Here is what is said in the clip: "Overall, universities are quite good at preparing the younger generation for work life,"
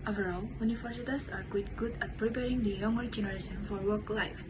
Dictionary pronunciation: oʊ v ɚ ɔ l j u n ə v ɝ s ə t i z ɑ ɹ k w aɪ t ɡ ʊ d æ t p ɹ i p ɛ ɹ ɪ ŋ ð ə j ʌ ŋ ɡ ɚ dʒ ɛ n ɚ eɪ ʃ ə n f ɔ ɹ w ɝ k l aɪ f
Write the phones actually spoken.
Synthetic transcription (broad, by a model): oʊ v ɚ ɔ l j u n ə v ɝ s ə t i s ɑ ɹ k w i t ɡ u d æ t p ɹ i p ɛ ɹ ɪ ŋ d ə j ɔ ŋ ɡ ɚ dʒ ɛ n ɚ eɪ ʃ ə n f ɔ ɹ w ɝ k l aɪ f